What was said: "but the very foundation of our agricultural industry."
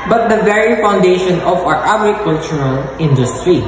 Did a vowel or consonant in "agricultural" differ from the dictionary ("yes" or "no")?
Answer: yes